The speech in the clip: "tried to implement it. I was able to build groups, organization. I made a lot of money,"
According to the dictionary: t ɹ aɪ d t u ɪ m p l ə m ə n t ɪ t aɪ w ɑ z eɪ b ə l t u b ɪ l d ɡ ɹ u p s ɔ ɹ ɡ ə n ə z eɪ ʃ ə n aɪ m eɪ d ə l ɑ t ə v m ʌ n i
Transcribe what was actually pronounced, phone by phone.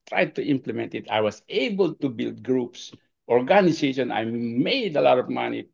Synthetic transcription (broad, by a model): t ɹ aɪ d t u ɪ m p l ə m ə n t ɪ t aɪ w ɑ s eɪ b ə l t u b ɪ l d ɡ ɹ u p s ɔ ɹ ɡ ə n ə s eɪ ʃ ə n aɪ m eɪ d ə l ɑ t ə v m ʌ n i